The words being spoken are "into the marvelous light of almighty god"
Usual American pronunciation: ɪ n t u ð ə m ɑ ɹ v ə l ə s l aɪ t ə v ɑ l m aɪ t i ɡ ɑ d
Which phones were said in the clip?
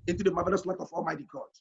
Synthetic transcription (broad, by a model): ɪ n t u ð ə m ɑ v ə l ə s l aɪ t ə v ɑ l m aɪ t i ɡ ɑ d